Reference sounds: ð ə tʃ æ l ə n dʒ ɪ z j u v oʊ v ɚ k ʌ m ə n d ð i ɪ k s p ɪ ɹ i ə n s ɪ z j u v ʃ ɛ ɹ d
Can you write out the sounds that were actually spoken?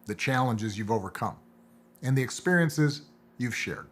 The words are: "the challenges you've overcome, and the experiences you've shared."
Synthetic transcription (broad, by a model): ð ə tʃ æ l ə n dʒ ɪ z j u v oʊ v ɚ k ʌ m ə n ð i ɪ k s p ɪ ɹ i ə n s ɪ z j u v ʃ ɛ ɹ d